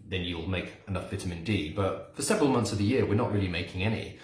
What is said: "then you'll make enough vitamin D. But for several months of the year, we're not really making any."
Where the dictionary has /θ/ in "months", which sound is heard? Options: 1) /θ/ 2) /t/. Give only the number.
1